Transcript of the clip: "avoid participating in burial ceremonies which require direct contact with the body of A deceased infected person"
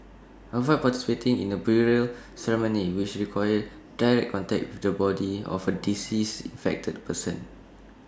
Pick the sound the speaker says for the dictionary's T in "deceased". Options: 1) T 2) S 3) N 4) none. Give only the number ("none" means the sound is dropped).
4